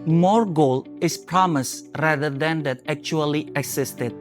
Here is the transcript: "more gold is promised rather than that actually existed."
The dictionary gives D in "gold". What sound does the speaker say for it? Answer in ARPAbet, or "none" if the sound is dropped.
none